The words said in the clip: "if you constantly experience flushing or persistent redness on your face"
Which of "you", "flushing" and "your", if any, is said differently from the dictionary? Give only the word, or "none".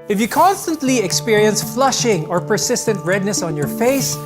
none